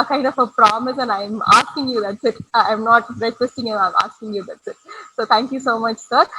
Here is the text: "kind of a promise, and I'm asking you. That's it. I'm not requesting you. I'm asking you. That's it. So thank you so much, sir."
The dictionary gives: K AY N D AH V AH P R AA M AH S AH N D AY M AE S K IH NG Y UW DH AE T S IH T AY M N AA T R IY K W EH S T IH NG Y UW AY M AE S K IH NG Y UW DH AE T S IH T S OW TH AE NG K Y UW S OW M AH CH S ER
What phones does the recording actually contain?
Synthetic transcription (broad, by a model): K AY N D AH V AH P R AA M AH S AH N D AY M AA S K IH NG Y UW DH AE T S IH T AY M N AA T R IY K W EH S T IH NG Y UW AY M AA S K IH NG Y UW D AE T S IH T S OW T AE NG K Y UW S OW M AH CH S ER